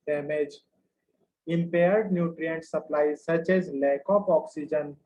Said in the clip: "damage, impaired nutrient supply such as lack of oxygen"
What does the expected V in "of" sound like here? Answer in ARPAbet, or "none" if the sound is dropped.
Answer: P